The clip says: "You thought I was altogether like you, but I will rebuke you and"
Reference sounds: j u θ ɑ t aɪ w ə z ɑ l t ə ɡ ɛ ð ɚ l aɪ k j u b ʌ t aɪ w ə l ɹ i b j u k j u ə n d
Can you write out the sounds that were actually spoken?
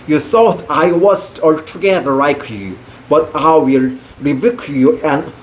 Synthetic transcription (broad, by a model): j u s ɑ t aɪ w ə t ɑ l t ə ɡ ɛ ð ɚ l aɪ k j u b ʌ t aɪ w ə l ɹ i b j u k j u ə n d